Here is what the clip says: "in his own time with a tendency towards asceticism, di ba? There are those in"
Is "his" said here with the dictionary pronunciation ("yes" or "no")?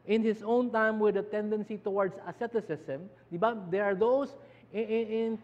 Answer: no